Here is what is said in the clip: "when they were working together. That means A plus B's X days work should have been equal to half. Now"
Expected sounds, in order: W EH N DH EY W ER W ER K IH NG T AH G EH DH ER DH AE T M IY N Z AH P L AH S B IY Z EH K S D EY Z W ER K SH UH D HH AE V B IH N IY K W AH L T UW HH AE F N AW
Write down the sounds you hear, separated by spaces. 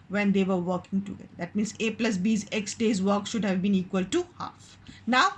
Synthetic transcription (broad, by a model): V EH N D EY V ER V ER K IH NG T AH G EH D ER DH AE T M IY N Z AH P L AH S B IY Z EH K S D EY Z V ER K SH UH D HH AE V B IH N IY K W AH L T UW HH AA F N AW